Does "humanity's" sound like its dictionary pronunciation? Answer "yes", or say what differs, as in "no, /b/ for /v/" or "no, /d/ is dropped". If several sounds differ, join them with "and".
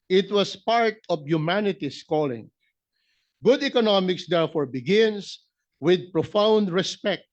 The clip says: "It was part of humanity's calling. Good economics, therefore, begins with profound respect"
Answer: no, /s/ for /z/